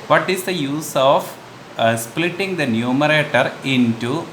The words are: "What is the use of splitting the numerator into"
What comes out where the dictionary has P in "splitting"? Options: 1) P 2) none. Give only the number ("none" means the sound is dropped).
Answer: 1